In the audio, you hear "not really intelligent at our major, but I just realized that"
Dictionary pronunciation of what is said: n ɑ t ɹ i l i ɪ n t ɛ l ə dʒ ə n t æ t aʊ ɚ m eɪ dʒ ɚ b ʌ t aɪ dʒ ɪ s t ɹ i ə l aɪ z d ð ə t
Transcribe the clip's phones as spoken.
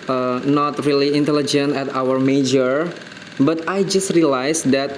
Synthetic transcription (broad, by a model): n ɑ t ɹ i l i ɪ n t ɛ l ə dʒ ə n t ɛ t aʊ ɚ m eɪ dʒ ɚ b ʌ t aɪ dʒ ɪ s t ɹ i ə l aɪ s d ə t